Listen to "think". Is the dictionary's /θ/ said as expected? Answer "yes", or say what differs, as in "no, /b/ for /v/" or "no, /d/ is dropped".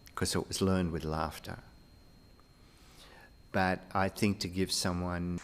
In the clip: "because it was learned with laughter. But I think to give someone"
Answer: yes